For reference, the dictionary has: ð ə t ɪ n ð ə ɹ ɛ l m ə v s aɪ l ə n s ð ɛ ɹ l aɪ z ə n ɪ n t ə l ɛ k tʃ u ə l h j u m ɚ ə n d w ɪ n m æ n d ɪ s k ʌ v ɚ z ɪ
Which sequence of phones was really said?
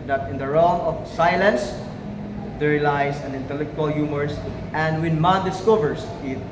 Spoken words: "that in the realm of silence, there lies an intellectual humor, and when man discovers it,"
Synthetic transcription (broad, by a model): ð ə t ɪ n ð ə ɹ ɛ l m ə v s aɪ l ə n s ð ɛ ɹ l aɪ s ə n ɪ n t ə l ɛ k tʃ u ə l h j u m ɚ ə n d w ɪ n m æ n d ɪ s k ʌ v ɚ s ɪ